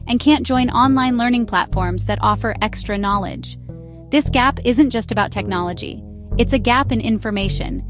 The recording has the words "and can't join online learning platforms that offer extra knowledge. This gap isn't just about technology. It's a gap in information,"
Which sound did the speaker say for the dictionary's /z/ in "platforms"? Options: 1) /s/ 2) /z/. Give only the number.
2